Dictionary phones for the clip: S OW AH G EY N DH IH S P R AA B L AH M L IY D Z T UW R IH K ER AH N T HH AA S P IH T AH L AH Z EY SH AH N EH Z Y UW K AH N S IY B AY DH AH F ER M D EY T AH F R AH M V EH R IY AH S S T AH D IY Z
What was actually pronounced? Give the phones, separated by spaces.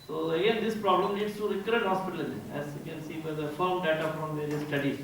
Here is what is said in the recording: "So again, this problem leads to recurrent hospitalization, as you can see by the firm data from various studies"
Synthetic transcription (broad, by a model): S OW AH G EY N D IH S P R AA B L AH M N IY D S T UW R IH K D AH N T HH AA S P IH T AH L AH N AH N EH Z Y UW K AH N S IY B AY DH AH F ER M D EY T AH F R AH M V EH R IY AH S S T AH D IY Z